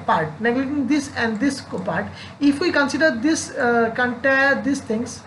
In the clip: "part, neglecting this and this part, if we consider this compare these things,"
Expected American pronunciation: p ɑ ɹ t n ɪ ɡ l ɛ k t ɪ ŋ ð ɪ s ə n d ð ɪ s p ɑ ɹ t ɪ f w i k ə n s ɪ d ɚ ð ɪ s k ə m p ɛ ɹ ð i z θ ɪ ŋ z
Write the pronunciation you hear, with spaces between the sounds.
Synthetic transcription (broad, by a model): p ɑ ɹ t n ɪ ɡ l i t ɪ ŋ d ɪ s ə n d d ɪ s p ɑ ɹ t ɪ f w i k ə n s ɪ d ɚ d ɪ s k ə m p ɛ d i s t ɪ ŋ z